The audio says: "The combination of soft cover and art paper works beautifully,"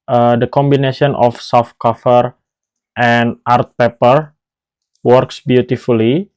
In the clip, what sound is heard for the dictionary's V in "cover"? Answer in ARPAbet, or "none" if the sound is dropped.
F